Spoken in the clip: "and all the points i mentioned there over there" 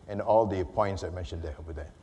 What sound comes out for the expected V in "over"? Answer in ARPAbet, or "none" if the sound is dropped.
none